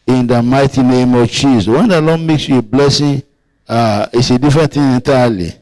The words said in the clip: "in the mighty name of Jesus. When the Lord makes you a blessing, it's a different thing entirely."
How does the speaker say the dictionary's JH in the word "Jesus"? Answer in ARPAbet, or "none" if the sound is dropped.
CH